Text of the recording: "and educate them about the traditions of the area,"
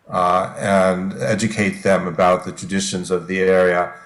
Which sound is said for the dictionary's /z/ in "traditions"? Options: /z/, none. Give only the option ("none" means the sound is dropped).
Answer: /z/